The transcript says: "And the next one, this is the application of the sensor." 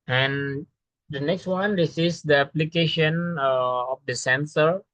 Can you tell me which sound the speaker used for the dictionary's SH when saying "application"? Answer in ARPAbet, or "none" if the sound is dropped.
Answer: SH